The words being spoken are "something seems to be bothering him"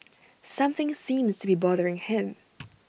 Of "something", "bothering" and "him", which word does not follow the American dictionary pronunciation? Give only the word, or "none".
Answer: none